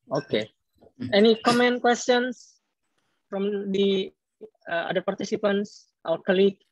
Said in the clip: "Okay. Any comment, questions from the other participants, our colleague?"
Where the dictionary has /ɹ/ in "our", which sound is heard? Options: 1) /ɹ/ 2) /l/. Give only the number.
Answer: 2